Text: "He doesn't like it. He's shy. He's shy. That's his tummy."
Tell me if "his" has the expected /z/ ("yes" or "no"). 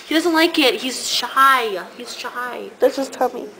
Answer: no